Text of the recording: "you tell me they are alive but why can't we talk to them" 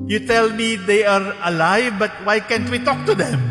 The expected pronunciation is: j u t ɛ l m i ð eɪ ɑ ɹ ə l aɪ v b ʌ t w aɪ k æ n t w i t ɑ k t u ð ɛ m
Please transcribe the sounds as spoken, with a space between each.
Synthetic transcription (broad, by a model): j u t ɛ l m i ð eɪ ɑ ɹ ə l aɪ v b ʌ t w aɪ k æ n t w i t ɑ k t u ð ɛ m